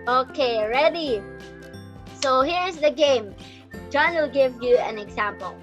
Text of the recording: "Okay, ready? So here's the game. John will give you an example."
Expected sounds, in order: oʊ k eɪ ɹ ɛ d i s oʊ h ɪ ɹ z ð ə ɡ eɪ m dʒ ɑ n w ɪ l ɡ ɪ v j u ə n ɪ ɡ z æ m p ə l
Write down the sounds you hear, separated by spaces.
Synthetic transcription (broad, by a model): oʊ k eɪ ɹ ɛ d i s oʊ h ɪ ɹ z ð ə ɡ eɪ m dʒ ɑ n w ɪ l ɡ ɪ v j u ə n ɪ ɡ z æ m p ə l